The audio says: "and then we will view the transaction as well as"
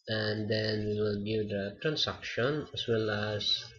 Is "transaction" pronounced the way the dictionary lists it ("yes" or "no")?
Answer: no